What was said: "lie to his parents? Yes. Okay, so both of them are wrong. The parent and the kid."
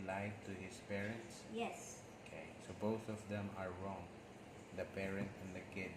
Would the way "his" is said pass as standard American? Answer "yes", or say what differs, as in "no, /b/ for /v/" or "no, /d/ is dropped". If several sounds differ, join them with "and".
no, /s/ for /z/